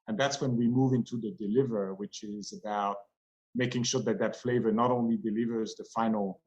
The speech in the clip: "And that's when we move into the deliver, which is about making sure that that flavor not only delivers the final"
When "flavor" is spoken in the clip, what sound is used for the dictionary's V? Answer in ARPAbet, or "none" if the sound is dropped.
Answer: V